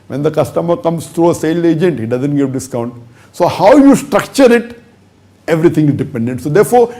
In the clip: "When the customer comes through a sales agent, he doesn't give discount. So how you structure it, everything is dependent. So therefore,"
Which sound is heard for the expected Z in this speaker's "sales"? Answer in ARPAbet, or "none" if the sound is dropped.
none